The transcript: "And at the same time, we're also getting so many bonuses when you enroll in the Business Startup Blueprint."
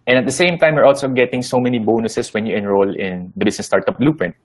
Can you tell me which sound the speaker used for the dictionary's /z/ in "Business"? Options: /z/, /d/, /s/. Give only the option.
/s/